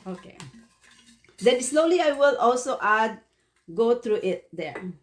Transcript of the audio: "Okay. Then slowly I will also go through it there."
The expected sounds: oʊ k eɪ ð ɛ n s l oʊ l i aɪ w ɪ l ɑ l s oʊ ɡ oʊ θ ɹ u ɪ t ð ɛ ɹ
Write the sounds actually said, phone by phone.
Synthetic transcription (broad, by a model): oʊ k eɪ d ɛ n s l oʊ l i aɪ w ɪ l ɑ l s oʊ ɡ oʊ t ɹ u ɪ t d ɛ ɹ